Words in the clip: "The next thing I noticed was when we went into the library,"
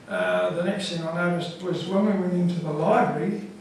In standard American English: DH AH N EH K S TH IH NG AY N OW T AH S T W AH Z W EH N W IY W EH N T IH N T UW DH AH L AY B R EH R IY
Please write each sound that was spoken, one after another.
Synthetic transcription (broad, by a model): DH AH N EH K S TH IH NG AY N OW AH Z W AH Z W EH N W IY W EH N IH N T UW DH AH L AY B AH R IY